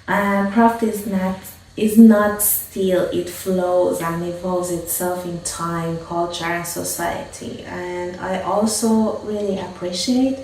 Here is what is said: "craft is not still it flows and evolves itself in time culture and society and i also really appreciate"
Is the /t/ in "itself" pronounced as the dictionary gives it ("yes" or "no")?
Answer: yes